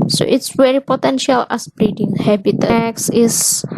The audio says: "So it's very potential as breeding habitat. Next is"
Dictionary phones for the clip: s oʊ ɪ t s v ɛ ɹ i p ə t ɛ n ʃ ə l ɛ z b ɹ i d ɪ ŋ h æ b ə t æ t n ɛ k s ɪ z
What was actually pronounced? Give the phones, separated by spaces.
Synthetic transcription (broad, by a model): s oʊ ɪ t s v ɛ ɹ i p ə t ɛ n ʃ ə l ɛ s b ɹ i d ɪ ŋ h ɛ b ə t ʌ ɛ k s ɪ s